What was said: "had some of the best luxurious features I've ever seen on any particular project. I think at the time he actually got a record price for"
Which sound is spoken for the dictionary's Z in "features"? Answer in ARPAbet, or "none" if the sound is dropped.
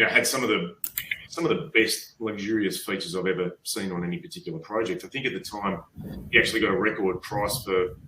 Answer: Z